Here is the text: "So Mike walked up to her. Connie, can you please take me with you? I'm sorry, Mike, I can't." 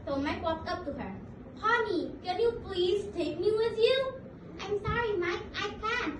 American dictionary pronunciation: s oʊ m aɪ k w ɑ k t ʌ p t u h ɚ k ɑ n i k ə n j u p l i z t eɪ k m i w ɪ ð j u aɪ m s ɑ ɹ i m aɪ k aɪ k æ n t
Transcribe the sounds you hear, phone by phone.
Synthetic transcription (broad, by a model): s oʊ m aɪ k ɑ t ʌ p t u h ɚ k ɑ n i k ə n j u p l i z t eɪ k m i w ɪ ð j u aɪ m s ɑ ɹ i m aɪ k aɪ k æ n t